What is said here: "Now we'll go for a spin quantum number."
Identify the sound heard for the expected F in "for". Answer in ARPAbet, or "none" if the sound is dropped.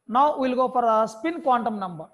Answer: P